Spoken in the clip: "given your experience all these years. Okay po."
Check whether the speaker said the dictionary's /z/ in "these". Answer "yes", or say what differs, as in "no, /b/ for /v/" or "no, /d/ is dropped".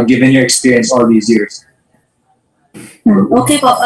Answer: yes